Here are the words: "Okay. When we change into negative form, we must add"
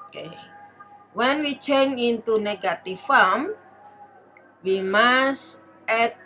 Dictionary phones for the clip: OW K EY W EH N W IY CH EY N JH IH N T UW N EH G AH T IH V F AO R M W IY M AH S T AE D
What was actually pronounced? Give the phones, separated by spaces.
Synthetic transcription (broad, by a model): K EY W EH N W IY CH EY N IH N T UW N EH G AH T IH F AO M W IY M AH S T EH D